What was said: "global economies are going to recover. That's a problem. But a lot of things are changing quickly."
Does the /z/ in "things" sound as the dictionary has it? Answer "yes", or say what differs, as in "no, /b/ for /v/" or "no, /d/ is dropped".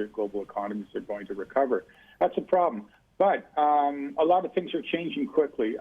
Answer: yes